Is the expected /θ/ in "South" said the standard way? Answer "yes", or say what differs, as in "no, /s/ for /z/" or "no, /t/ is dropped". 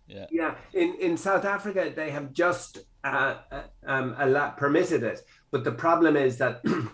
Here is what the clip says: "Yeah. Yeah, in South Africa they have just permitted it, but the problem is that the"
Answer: yes